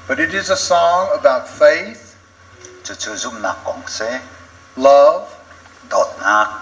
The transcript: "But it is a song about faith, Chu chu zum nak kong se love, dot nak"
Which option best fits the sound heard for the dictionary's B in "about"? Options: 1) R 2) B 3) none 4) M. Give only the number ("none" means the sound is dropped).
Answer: 2